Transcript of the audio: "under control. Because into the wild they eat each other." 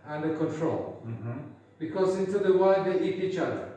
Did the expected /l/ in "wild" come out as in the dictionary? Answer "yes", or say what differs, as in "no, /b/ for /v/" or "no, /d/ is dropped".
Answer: no, /l/ is dropped